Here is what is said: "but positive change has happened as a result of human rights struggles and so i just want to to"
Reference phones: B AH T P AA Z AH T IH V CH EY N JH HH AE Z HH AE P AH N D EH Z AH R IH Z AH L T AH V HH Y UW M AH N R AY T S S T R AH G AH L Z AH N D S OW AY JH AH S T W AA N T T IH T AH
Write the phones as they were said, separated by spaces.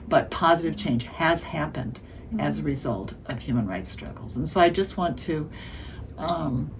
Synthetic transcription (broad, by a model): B AH T P AA Z AH T IH V CH EY N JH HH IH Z HH AE P AH N D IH Z AH R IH Z AH L T AH V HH Y UW M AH N R AY T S S T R AH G L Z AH N S OW AY JH AH S T W AA N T T IH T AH